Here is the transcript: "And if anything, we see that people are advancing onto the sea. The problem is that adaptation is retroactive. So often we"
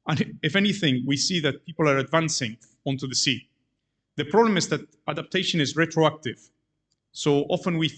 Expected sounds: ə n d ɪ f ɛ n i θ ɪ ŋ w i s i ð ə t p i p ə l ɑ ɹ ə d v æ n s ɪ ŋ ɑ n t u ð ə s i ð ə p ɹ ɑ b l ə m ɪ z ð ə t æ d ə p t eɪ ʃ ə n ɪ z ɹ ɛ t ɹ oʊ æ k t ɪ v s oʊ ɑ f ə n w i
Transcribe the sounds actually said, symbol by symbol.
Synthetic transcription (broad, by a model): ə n ɪ f ɛ n i θ ɪ ŋ w i s i ð ə t p i p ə l ɑ ɹ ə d v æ n s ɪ ŋ ɑ n t u ð ə s i ð ə p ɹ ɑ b l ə m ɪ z ð ə t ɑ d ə p t eɪ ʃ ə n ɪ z ɹ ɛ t ɹ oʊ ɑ k t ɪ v s oʊ ɑ f ə n w i